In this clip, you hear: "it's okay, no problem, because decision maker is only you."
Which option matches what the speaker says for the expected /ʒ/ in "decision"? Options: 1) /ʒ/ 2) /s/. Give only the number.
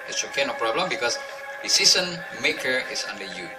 2